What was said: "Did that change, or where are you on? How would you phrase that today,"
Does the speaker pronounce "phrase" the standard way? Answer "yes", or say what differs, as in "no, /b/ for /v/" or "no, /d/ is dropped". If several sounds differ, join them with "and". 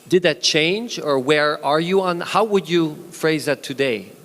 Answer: yes